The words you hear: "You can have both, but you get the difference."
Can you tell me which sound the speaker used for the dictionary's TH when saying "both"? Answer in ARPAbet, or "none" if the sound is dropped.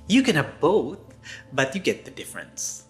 TH